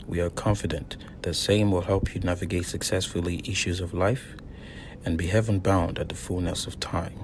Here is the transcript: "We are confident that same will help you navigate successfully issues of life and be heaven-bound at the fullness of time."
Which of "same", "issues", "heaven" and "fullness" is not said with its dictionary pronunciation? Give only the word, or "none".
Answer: none